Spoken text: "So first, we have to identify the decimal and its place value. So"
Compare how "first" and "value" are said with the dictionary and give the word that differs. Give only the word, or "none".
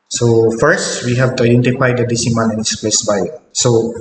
value